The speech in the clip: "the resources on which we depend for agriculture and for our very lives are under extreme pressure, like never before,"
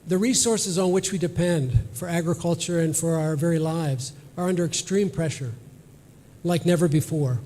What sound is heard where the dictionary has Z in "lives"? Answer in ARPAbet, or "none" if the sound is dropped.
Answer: Z